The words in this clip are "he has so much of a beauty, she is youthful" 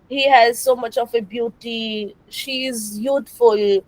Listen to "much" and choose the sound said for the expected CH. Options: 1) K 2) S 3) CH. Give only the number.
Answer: 3